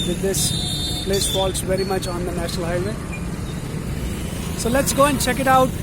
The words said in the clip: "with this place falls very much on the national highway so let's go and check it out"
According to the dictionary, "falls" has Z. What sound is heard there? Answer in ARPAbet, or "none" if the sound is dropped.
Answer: S